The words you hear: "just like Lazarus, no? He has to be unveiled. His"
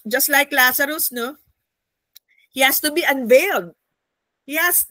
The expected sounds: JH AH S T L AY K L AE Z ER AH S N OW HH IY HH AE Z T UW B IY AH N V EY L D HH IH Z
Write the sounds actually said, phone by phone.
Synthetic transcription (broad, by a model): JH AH S T L AY K L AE S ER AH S N OW HH IY HH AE S T UW B IY AH N V EY L D HH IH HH